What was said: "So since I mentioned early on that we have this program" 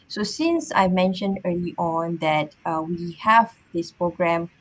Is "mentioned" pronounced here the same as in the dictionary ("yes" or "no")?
yes